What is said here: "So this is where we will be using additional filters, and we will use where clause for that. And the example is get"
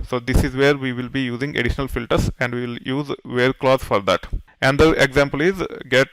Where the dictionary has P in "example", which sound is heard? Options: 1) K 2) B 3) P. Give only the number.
3